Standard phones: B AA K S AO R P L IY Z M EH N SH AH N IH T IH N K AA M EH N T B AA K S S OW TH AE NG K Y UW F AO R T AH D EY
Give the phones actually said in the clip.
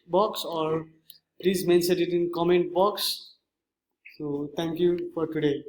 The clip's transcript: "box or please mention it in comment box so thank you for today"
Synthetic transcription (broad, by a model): B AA K S AO R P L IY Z M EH N S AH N IH T IH N K AA M EH N T B AA K S S OW T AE NG K Y UW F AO R T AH D EY